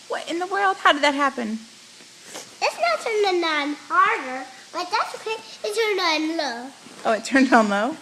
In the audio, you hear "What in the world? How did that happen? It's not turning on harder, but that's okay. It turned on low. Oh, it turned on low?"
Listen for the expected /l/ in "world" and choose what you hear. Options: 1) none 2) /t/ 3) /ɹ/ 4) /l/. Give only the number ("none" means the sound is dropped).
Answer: 4